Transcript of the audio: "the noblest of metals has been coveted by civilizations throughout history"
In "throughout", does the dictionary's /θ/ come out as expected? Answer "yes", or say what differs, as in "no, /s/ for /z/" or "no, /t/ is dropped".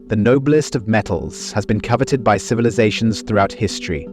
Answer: yes